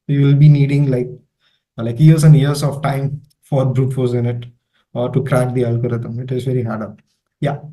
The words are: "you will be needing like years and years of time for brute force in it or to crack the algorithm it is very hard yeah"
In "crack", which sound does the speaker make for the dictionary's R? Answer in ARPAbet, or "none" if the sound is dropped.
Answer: R